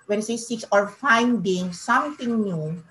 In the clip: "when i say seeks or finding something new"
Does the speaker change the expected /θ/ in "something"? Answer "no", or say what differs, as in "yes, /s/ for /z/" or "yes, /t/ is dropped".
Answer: yes, /t/ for /θ/